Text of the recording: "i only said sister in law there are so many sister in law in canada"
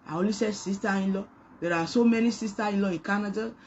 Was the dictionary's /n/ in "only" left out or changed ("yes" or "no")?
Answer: yes